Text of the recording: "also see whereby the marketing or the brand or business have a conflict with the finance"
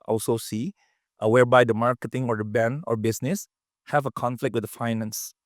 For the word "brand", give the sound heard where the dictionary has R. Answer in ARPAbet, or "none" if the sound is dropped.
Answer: none